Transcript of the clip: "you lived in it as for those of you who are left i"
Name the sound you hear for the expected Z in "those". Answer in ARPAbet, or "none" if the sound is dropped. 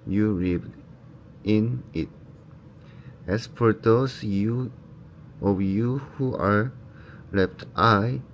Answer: S